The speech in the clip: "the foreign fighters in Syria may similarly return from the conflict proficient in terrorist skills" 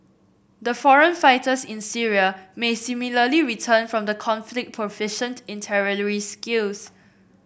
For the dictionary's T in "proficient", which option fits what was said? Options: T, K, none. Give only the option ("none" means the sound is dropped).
T